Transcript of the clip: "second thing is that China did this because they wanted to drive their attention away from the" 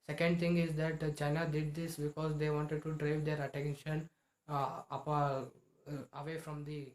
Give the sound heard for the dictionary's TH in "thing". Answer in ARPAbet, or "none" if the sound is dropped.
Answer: T